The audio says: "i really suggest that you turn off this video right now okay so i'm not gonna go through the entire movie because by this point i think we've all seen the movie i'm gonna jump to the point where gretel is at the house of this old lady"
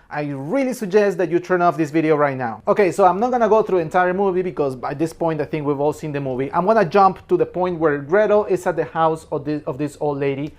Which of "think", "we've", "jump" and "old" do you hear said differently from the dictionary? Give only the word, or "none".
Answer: none